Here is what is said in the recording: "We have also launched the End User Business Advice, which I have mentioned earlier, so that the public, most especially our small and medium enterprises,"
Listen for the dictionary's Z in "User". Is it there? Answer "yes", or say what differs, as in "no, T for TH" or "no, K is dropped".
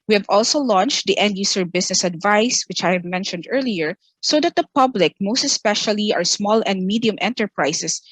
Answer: no, S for Z